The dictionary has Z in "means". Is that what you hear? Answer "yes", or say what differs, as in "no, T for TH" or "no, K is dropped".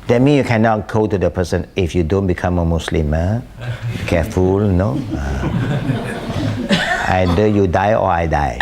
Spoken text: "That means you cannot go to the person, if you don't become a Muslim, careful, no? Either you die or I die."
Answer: no, Z is dropped